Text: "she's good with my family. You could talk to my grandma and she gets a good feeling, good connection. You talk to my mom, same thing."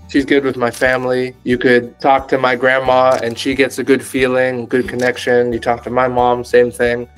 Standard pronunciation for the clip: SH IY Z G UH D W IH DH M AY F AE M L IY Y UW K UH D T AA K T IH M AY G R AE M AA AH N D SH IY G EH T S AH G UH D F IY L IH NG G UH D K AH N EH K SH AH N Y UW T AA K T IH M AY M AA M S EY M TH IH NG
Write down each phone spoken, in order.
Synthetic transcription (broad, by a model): SH IY Z G UH D W IH DH M AY F AE M L IY Y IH K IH D T AA K T IH M AY G R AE M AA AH N SH IY G EH T S AH G UH D F IY L IH NG G UH D K AH N EH K SH AH N Y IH T AA K T IH M AY M AA M S EY M TH IH NG